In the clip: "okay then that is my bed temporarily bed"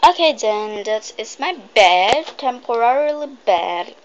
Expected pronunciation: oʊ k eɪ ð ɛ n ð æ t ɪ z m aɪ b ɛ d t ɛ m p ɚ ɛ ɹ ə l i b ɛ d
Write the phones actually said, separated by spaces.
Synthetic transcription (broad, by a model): oʊ k eɪ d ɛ n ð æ t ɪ s m aɪ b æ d t ɛ m p ɚ ɛ ɹ ə l i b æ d